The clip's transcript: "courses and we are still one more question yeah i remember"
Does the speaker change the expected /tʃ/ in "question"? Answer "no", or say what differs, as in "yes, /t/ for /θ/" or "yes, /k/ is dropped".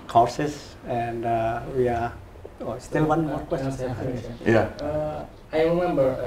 yes, /s/ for /tʃ/